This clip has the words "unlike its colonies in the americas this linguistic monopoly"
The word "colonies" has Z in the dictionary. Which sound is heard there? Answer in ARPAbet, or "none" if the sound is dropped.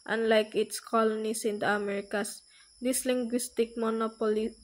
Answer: S